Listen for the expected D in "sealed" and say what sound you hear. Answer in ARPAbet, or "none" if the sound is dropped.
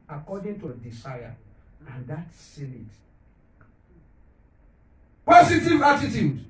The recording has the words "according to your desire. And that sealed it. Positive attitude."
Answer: none